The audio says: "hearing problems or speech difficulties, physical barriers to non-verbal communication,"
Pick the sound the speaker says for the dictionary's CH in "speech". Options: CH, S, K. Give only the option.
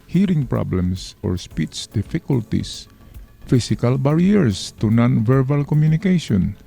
S